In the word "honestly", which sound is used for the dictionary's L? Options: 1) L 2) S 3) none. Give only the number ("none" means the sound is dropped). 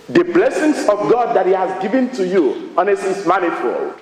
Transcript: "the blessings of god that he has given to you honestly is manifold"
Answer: 3